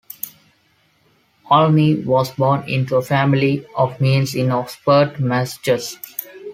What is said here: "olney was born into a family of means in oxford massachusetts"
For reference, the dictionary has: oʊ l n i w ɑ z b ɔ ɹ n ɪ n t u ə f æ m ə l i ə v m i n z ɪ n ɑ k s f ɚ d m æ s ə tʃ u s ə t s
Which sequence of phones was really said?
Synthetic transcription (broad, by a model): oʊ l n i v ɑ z b ɔ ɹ n ɪ n t u ə f æ m ə l i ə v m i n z ɪ n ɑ s p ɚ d m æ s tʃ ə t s